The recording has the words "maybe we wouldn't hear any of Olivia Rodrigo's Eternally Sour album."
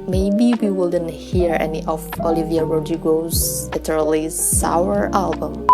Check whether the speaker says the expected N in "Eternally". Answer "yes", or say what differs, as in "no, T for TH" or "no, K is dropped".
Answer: no, N is dropped